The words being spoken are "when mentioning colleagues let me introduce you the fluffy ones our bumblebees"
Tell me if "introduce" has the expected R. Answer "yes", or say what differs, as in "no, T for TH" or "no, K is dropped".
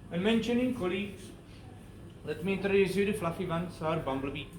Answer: no, R is dropped